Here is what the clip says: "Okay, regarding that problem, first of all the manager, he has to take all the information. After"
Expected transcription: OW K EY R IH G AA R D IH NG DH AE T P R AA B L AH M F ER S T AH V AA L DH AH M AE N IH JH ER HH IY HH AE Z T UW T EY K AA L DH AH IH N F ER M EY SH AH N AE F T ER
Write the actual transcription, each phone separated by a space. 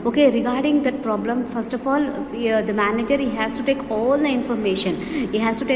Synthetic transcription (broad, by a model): OW K EY R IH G AA R D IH NG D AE T P R AA B L AH M F ER S T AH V AA L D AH M AE N IH JH ER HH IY HH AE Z T UW T EY K AA L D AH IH N F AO M EY SH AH N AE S T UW